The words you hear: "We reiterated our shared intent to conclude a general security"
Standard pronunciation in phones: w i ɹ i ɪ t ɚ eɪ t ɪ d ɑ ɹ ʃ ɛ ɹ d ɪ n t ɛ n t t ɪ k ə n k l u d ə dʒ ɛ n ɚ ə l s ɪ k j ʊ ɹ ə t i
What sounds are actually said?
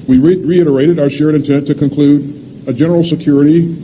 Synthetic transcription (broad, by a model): w i ɹ i ɪ t ɚ eɪ t ɪ d ɑ ɹ ʃ ɛ ɹ d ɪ n t ɛ n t t ɪ k ə n k l u d ə dʒ ɛ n ɚ l s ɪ k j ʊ ɹ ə t i